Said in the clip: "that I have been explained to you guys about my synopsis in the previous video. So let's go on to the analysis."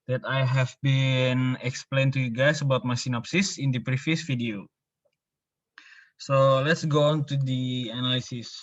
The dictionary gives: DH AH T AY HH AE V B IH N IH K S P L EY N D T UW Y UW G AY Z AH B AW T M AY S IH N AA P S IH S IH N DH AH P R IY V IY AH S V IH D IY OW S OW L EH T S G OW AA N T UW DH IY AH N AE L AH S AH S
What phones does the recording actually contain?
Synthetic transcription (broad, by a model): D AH T AY HH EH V B IH N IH K S P L EY N T UW Y UW G AY S AH B AW T M AY S IH N AA P S IH S IH N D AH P R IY F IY S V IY D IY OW S OW L EH T S G OW AA N T UW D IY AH N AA L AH S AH S